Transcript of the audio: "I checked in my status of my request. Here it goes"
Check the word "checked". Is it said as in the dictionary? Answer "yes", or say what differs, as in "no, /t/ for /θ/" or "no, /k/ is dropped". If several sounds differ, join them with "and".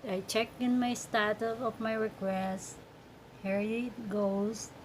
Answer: no, /t/ is dropped